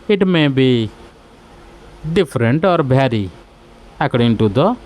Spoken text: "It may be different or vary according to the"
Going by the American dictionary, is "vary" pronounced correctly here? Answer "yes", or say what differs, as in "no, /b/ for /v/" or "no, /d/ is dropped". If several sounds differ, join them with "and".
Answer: no, /b/ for /v/